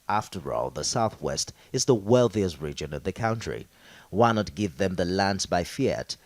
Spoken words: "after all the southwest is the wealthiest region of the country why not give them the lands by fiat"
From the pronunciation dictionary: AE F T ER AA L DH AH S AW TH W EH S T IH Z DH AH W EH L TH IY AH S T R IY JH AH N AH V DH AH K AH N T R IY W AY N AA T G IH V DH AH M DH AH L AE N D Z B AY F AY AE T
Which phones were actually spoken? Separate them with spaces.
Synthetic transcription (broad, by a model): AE F T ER AA L DH AH S AW TH W EH S T IH Z DH AH W EH L TH IY AH S T R IY JH AH N AH V DH AH K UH N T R IY W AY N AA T G IH V DH AH M DH AH L AE N D Z B AY F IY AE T